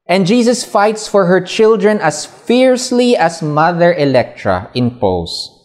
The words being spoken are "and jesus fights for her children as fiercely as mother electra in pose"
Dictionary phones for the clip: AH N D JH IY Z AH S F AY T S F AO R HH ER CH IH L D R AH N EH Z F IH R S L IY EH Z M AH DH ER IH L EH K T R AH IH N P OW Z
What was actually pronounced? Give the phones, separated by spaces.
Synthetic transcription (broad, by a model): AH N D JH IY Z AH S F AY T S F AO R HH ER CH IH L D R AH N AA S F IH R S L IY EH S M AH DH ER IH L EH K T R AH IH N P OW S